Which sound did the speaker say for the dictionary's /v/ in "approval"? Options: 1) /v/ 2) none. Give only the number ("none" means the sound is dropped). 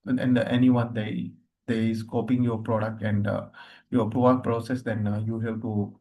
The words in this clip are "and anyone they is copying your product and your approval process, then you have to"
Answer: 2